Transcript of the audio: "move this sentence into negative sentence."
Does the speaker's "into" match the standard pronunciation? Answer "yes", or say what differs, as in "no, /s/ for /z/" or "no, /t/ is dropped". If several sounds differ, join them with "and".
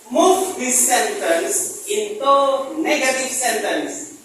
yes